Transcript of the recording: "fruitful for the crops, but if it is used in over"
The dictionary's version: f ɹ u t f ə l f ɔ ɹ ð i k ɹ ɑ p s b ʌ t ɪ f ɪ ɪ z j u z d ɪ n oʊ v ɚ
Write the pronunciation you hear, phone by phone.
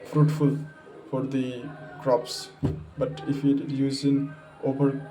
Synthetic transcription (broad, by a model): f ɹ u t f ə l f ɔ ɹ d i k ɹ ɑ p s b ʌ t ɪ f ɪ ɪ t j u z ɪ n oʊ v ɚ